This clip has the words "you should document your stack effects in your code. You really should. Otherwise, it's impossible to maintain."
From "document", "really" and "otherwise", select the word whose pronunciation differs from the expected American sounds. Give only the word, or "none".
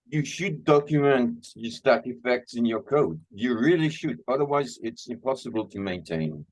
none